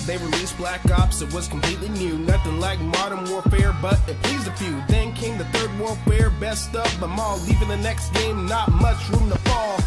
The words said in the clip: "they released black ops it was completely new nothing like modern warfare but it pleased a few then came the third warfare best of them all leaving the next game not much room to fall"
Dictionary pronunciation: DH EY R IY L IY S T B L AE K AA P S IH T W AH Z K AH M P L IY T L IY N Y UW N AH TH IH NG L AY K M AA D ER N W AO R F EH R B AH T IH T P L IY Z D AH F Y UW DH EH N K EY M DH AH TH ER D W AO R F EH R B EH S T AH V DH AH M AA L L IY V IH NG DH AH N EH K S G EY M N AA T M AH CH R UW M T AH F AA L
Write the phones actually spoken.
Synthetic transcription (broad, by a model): DH EY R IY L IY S B L AE K AA P S IH T W AH Z K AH M P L IY T L IY N Y UW N AH TH IH NG L AY K M AA D ER N W AO R F EH R B AH T IH T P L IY Z AH F Y UW DH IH N K EY M DH AH TH ER D W AO R F EH R B EH S T AH P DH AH M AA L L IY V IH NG DH AH N EH K S G EY M N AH T M AH CH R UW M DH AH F AA L